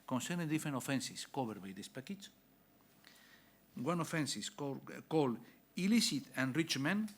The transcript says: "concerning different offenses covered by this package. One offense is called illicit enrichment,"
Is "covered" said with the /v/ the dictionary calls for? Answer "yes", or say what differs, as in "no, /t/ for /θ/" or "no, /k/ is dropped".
no, /b/ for /v/